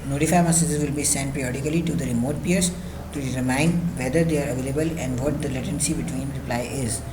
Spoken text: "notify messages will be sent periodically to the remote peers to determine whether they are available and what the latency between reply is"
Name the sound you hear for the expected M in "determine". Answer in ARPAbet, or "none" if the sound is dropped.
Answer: none